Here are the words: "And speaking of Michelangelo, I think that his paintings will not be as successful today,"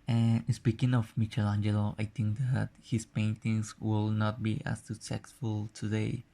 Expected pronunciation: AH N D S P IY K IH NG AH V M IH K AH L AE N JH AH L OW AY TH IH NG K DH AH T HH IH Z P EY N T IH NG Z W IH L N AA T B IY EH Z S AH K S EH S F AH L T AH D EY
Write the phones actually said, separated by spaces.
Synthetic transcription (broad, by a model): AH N S P IY K IH NG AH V M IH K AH L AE N JH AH L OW AY T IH NG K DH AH T HH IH S P EY N T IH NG S W IH L N AA T B IY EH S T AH S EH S F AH L T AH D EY